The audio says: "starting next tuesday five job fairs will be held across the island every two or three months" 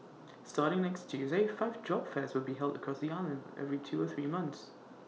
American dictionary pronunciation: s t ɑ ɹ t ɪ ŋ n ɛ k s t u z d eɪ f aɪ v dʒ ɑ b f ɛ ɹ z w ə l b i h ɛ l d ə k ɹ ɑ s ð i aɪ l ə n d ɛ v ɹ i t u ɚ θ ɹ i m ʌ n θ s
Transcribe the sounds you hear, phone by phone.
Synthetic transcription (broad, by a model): s t ɑ ɹ t ɪ ŋ n ɛ k s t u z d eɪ f aɪ v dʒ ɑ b f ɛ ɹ z w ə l b i h ɛ l d ə k ɹ ɑ s ð i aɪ l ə n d ɛ v ɹ i t u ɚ θ ɹ i m ʌ n θ s